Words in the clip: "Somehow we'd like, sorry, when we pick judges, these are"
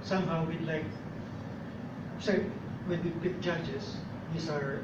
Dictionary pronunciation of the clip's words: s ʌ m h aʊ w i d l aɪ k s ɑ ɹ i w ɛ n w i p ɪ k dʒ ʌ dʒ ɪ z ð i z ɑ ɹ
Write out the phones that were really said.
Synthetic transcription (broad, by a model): s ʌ m h aʊ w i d l aɪ k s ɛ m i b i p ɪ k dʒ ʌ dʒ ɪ s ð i s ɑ ɹ